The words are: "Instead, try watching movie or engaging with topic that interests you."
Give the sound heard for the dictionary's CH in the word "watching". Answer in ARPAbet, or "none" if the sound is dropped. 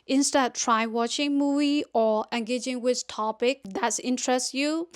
CH